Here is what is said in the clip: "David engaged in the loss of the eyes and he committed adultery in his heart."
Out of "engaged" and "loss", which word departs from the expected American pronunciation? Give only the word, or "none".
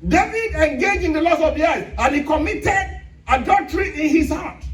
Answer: engaged